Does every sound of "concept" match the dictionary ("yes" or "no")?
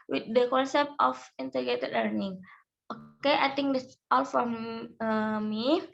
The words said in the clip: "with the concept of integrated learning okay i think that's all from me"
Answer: yes